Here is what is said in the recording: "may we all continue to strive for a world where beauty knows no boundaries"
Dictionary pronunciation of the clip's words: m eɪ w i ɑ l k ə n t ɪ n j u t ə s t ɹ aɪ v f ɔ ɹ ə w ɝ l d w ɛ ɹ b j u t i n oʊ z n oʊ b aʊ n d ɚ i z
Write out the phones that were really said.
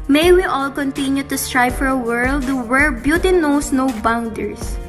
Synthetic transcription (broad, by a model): m eɪ w i ɑ l k ə n t ɪ n j u t ə s t ɹ aɪ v f ɔ ɹ ə w ɝ l d w ɛ ɹ b j u t i n oʊ s n oʊ b aʊ n d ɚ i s